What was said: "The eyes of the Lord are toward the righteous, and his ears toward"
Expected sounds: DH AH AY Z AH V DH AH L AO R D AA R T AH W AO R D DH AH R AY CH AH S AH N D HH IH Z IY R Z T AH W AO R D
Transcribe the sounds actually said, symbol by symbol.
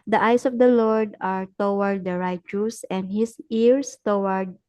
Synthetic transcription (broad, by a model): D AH AY S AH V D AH L AO R D AA R T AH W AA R D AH R AY CH AH S AH N D HH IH S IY R S T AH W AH R D